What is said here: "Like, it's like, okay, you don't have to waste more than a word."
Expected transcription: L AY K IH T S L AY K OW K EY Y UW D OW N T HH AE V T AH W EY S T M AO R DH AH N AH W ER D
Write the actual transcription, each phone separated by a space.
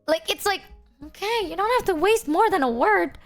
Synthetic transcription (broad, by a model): L AY K IH T S L AY K OW K EY Y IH D OW N T HH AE F T AH W EY S T M AO R DH AH N AH W ER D